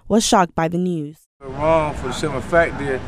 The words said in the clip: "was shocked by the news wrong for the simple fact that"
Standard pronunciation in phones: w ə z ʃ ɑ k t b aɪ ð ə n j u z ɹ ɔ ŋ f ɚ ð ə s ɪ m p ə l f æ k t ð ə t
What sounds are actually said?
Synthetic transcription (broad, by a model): w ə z ʃ ɑ k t b aɪ ð ə n j u z ɹ ɔ ŋ f ɚ ð ə s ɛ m ə f æ k t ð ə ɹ